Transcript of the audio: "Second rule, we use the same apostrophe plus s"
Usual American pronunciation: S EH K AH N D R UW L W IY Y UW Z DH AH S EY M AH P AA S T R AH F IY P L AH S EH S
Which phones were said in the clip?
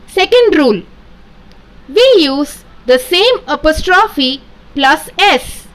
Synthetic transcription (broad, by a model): S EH K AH N D R UW L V IY Y UW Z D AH S EY M AH P AA S T R AH F IY P L AH S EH S